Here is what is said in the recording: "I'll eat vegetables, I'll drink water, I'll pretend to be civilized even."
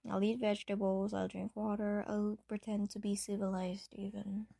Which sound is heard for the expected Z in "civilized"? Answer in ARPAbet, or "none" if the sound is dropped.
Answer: Z